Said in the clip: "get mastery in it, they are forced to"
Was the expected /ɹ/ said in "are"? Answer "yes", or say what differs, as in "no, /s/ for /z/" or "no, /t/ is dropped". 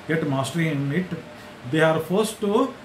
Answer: yes